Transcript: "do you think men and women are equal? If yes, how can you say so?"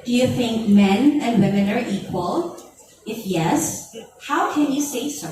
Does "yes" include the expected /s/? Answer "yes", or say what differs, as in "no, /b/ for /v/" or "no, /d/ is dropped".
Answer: yes